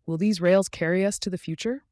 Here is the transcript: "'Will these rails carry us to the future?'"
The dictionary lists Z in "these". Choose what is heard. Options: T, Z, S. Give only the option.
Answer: Z